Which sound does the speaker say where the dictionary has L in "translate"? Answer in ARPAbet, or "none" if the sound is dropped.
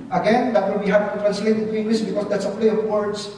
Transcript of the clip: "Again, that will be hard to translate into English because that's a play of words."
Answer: none